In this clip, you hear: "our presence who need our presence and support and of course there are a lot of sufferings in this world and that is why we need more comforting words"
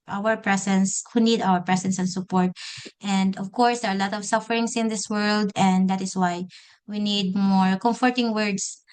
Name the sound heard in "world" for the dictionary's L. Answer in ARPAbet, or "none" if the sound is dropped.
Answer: L